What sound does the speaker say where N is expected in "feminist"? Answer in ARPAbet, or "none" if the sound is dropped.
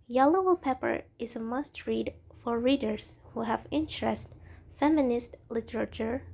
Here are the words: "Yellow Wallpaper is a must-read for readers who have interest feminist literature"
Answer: N